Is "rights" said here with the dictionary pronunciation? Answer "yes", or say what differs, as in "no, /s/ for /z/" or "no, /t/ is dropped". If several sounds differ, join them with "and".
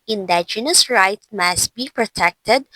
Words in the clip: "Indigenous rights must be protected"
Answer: no, /s/ is dropped